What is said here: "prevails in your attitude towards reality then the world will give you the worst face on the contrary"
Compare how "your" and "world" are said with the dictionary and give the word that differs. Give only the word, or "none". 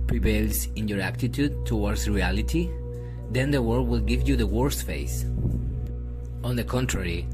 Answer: world